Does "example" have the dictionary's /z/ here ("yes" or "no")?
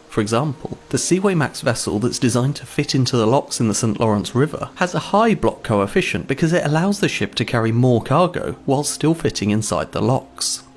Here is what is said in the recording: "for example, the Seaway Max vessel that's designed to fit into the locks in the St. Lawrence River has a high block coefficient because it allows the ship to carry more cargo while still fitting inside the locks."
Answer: yes